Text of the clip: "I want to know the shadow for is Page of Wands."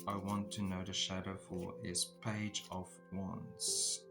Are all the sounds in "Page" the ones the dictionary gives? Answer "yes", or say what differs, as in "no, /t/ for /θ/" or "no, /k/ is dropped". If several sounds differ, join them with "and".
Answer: yes